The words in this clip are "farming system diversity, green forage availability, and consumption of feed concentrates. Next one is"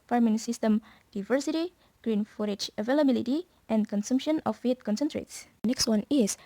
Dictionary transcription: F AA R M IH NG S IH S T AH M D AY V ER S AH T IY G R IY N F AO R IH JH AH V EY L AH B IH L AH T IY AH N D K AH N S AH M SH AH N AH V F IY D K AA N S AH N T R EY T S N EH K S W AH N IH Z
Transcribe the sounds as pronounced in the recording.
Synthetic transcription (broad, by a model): F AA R M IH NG S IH S T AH M D AY V ER S AH T IY G R IY N F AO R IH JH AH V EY L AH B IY L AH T IY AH N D K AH N S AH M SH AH N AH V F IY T K AA N S AH N T R EY T S N EH K S W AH N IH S